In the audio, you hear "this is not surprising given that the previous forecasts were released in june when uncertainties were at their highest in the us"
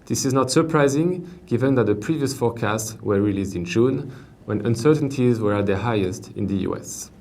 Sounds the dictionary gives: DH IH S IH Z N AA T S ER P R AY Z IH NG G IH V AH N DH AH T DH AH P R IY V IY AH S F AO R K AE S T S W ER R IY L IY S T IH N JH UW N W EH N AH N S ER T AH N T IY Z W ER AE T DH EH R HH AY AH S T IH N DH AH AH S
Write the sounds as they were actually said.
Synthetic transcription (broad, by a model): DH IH S IH Z N AA T S ER P R AY Z IH NG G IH V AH N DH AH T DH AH P R IY V IY AH S F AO R K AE S T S W ER R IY L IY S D IH N JH UW N W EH N AH N S ER T AH N T IY Z W ER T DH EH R HH AY AH S T IH N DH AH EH S